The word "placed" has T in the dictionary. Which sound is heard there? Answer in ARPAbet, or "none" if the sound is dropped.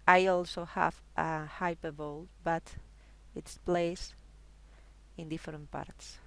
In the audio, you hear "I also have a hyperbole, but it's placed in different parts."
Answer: none